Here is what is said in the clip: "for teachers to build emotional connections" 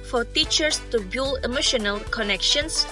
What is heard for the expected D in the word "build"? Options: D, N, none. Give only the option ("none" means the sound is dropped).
none